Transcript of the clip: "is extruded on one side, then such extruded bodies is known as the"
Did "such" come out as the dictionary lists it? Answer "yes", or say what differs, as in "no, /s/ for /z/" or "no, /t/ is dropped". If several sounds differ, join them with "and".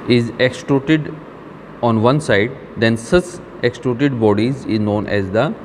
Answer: no, /s/ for /tʃ/